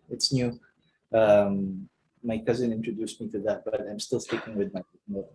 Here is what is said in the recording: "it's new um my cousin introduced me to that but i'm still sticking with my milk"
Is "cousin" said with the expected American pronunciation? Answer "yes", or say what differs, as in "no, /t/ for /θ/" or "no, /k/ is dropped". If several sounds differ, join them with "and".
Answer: yes